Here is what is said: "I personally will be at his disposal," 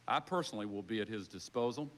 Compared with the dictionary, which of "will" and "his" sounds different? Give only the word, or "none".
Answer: none